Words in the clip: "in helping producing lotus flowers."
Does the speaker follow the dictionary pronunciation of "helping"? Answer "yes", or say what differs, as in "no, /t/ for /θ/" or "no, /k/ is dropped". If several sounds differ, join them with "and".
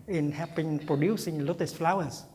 no, /l/ is dropped